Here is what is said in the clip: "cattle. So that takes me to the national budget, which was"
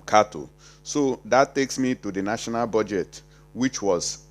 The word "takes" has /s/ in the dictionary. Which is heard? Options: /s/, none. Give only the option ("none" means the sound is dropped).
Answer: /s/